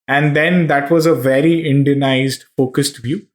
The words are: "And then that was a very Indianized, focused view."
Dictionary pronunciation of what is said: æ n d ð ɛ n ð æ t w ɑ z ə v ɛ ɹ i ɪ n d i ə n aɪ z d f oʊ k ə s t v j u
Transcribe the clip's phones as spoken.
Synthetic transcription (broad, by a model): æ n d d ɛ n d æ t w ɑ z ə v ɛ ɹ i ɪ n d i ə n aɪ z d f oʊ k ə s t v j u